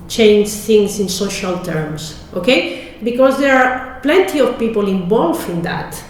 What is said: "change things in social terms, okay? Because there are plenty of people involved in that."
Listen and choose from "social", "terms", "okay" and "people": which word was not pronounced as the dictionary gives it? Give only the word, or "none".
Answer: terms